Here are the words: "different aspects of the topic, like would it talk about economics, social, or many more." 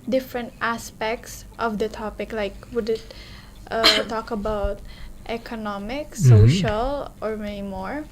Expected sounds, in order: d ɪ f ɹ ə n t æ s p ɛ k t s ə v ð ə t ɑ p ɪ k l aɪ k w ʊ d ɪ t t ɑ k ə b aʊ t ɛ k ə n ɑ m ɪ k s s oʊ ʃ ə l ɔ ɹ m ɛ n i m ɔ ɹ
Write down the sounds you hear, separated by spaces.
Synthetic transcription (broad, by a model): d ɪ f ɹ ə n t æ s p ɛ k t s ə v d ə t ɑ p ɪ k l aɪ k w ʊ d ɪ t t ɑ k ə b aʊ t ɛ k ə n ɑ m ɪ k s s oʊ ʃ ə l ɔ ɹ m ɛ n i m ɔ ɹ